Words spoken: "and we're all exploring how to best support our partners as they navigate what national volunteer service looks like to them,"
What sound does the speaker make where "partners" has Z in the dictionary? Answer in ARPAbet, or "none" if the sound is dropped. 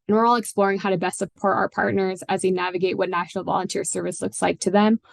Z